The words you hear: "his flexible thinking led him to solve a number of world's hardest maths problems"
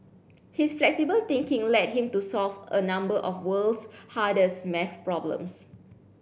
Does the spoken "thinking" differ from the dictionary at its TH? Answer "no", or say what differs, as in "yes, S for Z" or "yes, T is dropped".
yes, T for TH